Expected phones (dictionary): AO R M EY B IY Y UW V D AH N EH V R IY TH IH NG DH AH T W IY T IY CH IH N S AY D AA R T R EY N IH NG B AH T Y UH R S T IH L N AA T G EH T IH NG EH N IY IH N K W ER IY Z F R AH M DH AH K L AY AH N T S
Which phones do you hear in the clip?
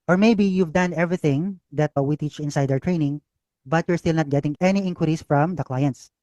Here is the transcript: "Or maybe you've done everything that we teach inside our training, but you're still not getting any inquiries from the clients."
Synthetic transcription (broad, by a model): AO R M EY B IY Y UW V D AH N EH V R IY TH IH NG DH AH T W IY T IY CH IH N S AY D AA W T R EY N IH NG B AH T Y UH R S T IH L N AA T G EH T IH NG EH N IY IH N K W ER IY S F R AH M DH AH K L AY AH N T S